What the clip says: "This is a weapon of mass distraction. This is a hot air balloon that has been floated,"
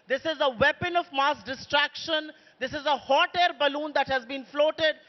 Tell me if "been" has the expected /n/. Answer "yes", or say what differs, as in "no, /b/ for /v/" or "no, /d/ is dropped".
yes